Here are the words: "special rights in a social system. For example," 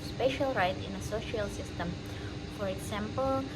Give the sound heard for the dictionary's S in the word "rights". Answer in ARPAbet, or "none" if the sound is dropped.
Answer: none